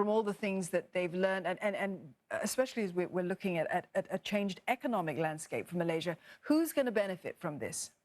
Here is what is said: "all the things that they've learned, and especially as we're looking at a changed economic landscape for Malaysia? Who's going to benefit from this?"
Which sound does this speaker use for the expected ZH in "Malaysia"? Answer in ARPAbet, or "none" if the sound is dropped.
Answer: ZH